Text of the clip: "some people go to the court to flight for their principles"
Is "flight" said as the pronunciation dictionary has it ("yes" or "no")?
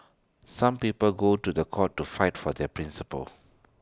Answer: no